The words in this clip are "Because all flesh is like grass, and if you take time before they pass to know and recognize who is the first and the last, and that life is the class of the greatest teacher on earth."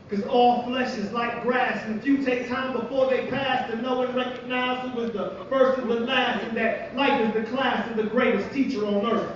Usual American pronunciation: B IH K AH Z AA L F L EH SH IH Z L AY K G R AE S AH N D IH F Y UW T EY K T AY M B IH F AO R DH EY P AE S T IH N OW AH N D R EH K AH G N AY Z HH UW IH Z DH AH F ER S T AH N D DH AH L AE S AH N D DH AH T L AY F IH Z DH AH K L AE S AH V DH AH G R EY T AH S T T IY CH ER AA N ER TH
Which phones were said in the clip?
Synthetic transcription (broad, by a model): K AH Z AA L F L EH SH IH Z L AY K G R AE S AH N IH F Y UW T EY K T AY M B IH F AO R DH EY P AE S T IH N OW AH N R EH K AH G N AY Z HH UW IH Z DH AH F ER S T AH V DH AH L AE S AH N DH AH T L AY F IH Z DH AH K L AE S AH V DH AH G R EY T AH S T T IY CH ER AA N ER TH